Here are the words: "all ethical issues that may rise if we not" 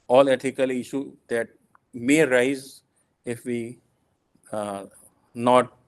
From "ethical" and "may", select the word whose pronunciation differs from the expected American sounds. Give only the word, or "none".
ethical